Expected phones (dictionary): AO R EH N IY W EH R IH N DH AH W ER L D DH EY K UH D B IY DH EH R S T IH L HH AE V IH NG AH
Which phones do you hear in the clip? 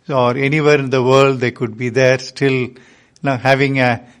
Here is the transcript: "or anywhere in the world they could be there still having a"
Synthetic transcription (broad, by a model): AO R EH N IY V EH R IH N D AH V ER L D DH EY K UH D B IY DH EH R S T IH L HH AE V IH NG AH